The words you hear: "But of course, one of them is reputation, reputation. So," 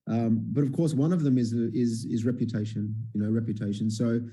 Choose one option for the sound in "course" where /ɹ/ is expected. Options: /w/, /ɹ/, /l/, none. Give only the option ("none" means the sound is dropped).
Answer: /ɹ/